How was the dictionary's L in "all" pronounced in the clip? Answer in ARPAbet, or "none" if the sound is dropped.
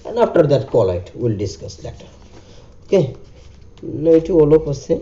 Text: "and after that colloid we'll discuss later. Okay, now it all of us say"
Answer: L